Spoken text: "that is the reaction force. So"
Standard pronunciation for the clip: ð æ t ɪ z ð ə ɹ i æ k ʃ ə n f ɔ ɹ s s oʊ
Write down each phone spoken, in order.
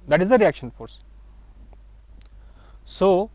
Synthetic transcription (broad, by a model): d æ t ɪ z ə ɹ i æ k ʃ ə n f ɔ ɹ s s oʊ